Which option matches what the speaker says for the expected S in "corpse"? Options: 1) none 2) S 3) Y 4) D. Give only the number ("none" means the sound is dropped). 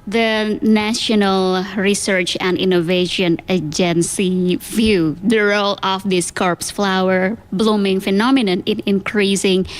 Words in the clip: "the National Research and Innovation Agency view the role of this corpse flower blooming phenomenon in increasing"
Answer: 2